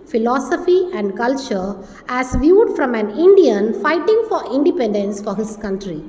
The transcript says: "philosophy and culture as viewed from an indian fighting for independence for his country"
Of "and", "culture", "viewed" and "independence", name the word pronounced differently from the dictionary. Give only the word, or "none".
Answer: none